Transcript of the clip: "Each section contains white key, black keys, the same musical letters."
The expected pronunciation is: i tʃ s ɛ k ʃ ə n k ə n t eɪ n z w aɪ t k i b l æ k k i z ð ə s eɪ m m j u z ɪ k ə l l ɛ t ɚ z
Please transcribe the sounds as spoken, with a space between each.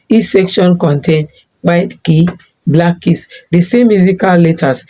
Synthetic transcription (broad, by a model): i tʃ s ɛ k ʃ ə n k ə n t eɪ n w aɪ t k i b l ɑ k k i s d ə s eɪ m m j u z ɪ k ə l l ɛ t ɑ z